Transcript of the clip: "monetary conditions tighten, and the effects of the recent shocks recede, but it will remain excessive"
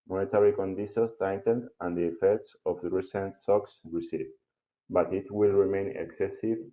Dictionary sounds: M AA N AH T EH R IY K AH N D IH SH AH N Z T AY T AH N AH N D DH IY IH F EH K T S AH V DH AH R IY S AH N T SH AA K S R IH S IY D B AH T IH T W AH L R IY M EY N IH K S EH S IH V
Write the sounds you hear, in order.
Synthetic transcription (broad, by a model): M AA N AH T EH R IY K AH N D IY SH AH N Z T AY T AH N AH N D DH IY IH F EH K T S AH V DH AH R IY S AH N T S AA K S R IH S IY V B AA T IH T W AH L R IY M EY N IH K S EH S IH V